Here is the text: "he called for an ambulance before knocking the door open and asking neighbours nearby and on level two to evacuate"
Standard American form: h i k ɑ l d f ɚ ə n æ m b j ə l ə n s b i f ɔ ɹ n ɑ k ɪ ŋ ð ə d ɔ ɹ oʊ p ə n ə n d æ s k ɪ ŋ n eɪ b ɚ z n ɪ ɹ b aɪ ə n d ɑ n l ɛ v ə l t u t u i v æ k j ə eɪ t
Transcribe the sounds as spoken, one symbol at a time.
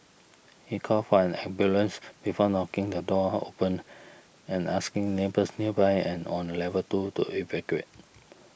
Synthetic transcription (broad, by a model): h i k ɑ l f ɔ ə n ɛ b j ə l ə n s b i f ɔ n ɑ k ɪ ŋ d ə d ɔ oʊ p ə n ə n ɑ s k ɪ ŋ n eɪ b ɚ s n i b aɪ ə n ɑ n l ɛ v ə t u t u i v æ k j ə eɪ t